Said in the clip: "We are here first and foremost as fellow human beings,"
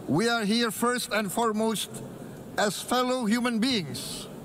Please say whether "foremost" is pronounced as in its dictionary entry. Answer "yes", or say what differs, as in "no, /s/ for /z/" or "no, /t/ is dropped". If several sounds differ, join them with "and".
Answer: yes